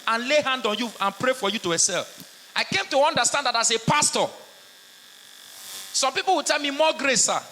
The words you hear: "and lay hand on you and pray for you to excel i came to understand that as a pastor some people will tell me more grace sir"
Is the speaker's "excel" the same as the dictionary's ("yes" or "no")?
no